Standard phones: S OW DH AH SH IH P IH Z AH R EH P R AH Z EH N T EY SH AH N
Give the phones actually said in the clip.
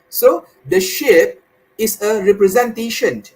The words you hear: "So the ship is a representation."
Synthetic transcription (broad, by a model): S OW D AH SH IH P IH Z AH R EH P R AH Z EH N T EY SH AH N